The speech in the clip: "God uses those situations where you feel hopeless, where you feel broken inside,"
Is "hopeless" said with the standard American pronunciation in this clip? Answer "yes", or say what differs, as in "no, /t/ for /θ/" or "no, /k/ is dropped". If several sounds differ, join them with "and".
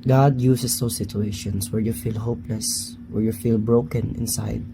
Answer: yes